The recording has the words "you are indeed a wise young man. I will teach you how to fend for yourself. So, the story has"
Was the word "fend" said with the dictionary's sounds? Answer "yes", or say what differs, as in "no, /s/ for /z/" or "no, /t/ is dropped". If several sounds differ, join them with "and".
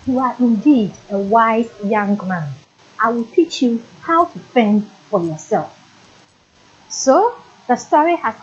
yes